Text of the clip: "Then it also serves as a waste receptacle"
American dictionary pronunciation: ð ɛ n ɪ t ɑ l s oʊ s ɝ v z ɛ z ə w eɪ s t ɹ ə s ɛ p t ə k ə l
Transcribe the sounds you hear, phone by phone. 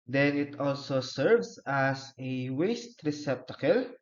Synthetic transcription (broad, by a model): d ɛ n ɪ t ɑ l s oʊ s ɝ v s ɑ s ə w eɪ s t ɹ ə s ɛ p t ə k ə l